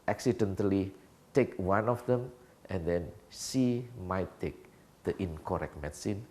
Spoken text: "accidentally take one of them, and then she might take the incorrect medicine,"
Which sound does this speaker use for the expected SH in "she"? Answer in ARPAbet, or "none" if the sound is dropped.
S